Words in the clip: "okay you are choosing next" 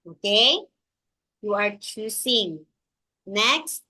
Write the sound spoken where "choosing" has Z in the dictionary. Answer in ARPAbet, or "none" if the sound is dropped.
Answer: S